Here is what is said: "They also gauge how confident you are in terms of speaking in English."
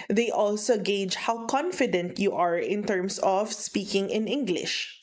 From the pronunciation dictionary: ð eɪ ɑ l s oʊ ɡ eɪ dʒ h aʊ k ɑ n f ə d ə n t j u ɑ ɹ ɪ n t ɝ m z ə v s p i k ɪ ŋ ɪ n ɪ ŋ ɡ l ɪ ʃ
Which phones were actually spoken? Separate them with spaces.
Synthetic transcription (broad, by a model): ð eɪ ɑ l s oʊ ɡ eɪ dʒ h aʊ k ɑ n f ə d ə n t j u ɑ ɹ ɪ n t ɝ m s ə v s p i k ɪ ŋ ɪ n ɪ ŋ ɡ l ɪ ʃ